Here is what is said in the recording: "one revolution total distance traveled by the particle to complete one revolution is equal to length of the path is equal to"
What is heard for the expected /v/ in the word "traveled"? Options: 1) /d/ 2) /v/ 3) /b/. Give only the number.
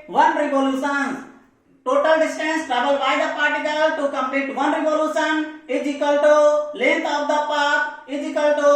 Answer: 3